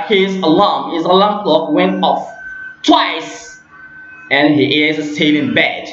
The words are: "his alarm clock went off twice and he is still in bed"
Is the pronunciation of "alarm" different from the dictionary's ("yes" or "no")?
yes